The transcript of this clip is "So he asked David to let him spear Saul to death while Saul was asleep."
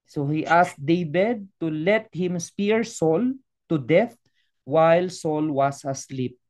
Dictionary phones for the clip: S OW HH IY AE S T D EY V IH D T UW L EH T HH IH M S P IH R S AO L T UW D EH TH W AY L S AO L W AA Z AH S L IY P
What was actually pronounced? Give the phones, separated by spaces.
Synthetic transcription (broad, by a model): S OW HH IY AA S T D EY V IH D T UW L EH T HH IH M S P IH R S AO L T UW D EH TH W AY L S AO L W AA S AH S L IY P